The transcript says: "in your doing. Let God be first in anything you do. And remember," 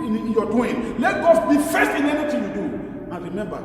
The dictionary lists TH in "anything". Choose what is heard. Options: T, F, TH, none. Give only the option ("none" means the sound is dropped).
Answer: T